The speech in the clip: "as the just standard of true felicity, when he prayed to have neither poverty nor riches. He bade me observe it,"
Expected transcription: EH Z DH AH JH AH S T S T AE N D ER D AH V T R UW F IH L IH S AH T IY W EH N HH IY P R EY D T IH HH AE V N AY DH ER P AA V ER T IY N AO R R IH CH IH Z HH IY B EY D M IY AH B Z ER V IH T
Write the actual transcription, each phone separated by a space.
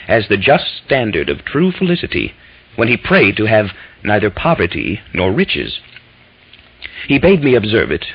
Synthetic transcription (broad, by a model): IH Z DH AH JH AH S T S T AE N D ER D AH V T R UW F IH L IH S AH T IY W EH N IY P R EY D T IH V N AY DH ER P AA V ER T IY N AO R R IH CH IH Z HH IY B EY D M IY AH B Z ER V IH T